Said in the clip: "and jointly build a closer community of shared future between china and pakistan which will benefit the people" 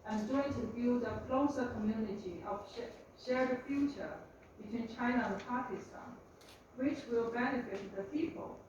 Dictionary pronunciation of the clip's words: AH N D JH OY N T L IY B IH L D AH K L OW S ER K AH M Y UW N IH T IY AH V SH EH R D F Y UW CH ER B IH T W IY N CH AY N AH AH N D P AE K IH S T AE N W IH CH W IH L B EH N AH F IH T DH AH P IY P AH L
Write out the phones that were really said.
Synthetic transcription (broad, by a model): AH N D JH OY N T IY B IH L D AH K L OW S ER K AH M Y UW N IH T IY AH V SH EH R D F Y UW CH ER B IH T W IY N CH AY N AH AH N P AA K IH S T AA N W IH CH W IH L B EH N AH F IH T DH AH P IY P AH L